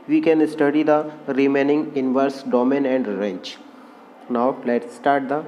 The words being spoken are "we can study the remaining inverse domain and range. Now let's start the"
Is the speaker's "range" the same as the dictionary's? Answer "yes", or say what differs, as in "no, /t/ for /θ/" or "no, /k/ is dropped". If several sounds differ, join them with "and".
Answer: no, /tʃ/ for /dʒ/